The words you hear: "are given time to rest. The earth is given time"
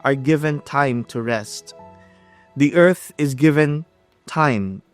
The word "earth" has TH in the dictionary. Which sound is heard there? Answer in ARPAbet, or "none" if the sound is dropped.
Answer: TH